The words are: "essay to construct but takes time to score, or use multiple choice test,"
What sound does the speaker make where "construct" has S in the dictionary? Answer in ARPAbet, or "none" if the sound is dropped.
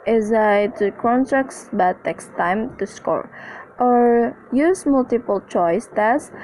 none